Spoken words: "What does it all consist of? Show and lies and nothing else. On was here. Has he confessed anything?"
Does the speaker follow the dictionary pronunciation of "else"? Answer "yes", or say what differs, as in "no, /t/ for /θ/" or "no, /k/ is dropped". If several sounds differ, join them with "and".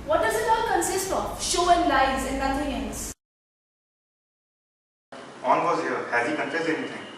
no, /n/ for /l/